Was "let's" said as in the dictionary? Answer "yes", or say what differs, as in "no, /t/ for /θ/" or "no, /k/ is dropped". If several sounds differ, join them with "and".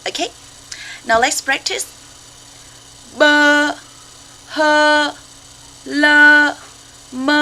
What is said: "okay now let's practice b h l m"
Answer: yes